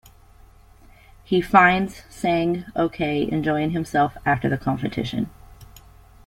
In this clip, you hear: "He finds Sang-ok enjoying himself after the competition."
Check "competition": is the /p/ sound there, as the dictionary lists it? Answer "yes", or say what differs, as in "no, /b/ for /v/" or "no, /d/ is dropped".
no, /f/ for /p/